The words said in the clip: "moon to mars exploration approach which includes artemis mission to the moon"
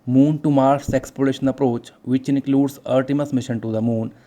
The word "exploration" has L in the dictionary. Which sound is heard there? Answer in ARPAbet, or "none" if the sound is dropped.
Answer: none